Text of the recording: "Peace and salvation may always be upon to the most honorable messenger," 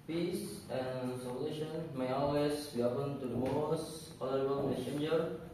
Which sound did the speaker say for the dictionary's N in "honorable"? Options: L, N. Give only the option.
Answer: L